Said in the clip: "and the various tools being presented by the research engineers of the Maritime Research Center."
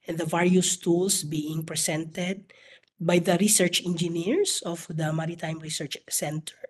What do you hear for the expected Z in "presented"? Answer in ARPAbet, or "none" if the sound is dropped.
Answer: S